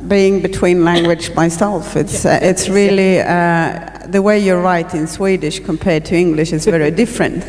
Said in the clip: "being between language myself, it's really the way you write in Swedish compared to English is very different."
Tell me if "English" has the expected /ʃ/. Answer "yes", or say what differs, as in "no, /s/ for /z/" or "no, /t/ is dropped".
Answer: yes